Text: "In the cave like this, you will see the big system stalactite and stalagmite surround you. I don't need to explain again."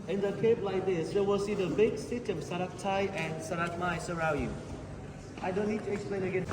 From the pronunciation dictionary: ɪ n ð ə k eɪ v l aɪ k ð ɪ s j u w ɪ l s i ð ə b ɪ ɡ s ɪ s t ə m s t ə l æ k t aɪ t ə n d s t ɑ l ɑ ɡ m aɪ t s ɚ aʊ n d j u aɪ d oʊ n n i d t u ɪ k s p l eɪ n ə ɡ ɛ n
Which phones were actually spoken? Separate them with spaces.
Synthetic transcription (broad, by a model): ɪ n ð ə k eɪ p l aɪ k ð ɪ s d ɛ w ɪ l s i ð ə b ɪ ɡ s ɪ s t ə m s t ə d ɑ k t aɪ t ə n s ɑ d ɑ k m aɪ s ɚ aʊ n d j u aɪ d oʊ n n i d t u ɪ k s p l eɪ n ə ɡ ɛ n